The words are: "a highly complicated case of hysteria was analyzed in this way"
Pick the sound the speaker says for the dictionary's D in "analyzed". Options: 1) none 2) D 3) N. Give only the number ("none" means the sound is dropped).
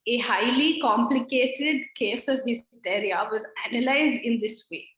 2